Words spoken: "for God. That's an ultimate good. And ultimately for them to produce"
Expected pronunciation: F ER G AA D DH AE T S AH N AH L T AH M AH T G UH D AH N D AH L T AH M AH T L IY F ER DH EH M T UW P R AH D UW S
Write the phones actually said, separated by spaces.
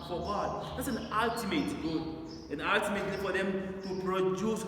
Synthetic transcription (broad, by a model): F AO G AA D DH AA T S AH N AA L T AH M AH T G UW AH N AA L T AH M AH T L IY F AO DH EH M T UW P R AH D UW S